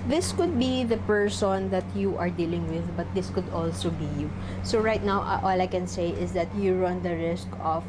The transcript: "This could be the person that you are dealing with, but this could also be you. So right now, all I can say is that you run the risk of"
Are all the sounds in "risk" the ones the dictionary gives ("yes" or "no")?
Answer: yes